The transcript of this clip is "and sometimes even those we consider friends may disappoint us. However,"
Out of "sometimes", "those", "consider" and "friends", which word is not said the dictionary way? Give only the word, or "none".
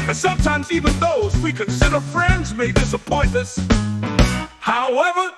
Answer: none